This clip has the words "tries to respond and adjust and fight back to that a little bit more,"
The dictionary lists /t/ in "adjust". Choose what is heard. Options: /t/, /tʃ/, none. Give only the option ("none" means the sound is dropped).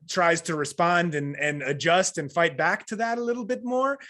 /t/